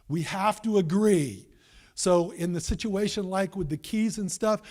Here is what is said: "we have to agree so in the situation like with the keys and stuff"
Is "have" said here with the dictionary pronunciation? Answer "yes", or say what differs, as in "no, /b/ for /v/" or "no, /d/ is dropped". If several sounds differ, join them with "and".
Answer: no, /f/ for /v/